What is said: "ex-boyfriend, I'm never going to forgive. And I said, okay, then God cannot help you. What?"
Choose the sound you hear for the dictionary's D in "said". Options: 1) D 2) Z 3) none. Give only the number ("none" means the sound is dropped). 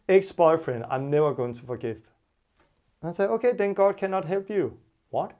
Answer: 3